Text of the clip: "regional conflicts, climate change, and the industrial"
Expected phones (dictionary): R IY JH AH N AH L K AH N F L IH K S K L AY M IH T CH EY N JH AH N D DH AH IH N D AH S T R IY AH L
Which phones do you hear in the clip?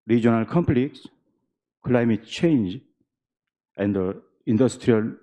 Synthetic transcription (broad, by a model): R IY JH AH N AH L K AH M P L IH K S K L AY M IH T CH EY N JH AH N D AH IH N D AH S T R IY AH L